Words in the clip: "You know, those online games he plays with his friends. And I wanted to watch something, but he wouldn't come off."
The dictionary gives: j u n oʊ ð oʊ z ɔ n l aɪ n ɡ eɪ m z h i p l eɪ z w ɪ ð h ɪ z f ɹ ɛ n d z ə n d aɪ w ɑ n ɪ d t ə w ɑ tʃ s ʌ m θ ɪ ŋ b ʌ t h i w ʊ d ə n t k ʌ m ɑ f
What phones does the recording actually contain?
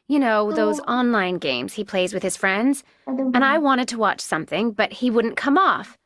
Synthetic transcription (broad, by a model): j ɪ n oʊ ð oʊ z ɔ n l aɪ n ɡ eɪ m z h i p l eɪ z w ɪ ð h ɪ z f ɹ ɛ n d z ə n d aɪ w ɑ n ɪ d t ə w ɑ tʃ s ʌ m θ ɪ ŋ b ʌ t h i w ʊ d n k ʌ m ɑ f